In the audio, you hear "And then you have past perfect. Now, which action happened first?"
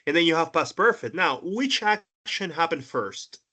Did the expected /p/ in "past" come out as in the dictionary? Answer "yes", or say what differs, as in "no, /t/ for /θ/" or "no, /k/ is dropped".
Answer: no, /b/ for /p/